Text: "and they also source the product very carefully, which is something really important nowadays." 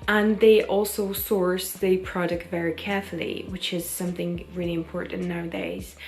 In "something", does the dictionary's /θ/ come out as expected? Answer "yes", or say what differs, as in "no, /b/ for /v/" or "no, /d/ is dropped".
yes